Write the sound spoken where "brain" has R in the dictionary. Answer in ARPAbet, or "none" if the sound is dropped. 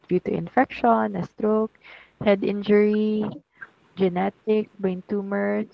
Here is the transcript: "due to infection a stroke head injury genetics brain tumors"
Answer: none